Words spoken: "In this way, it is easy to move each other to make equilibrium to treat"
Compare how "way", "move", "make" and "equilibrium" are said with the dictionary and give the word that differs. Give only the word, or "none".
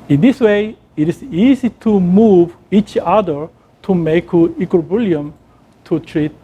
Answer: equilibrium